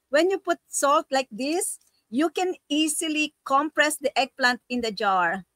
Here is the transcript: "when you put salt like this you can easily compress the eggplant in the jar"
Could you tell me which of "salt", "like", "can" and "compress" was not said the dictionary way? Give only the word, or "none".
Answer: none